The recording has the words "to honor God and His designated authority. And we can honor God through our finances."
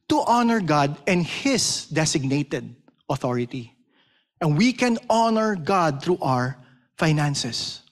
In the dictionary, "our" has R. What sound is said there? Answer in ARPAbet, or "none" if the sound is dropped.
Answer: R